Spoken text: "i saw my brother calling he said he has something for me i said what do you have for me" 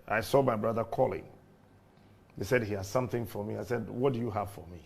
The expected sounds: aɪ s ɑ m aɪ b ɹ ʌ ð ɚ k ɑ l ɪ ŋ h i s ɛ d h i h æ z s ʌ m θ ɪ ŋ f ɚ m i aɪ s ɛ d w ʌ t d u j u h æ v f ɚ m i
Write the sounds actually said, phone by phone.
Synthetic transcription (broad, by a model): aɪ s ɑ m aɪ b ɹ ʌ ð ɚ k ɑ l ɪ ŋ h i s ɛ d h i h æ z s ʌ m θ ɪ ŋ f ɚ m i aɪ s ɛ d w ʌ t d u j u h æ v f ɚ m i